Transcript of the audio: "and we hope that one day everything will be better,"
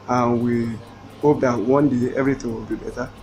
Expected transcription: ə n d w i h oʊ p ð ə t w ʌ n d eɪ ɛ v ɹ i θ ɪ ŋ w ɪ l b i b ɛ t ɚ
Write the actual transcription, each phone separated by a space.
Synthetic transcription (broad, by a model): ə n w i h oʊ p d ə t w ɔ n d eɪ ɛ v ɹ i t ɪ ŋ w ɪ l b i b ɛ t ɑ